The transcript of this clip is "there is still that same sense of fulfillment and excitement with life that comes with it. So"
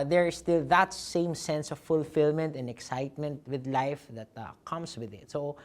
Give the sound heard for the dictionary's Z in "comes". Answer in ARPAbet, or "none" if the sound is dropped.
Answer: S